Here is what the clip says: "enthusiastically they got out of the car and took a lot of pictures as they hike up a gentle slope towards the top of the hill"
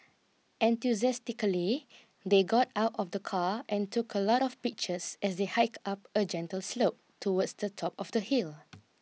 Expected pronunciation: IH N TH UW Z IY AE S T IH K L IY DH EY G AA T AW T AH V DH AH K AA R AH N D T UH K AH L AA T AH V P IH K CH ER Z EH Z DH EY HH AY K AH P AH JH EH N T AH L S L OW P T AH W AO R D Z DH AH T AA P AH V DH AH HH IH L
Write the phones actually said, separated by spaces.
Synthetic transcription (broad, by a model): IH N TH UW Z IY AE S T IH K L IY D EY G AA T AW T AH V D AH K AA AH N T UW K AH L AA T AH F P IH K CH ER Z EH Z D EY HH AY K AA P AH JH EH N T AH L S L OW P T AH W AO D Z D AH T AA P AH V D AH HH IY L